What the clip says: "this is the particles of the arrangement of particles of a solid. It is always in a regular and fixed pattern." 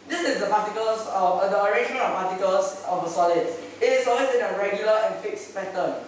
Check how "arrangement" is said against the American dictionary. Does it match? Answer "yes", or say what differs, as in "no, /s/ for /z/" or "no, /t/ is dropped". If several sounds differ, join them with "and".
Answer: no, /t/ is dropped